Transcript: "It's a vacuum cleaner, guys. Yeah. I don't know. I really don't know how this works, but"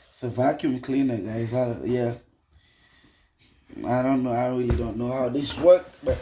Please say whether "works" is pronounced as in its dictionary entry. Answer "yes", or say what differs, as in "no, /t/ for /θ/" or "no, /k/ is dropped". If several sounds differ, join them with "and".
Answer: no, /s/ is dropped